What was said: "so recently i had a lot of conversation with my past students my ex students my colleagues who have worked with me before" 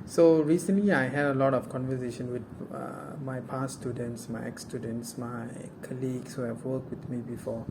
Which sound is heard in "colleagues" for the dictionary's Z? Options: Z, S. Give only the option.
S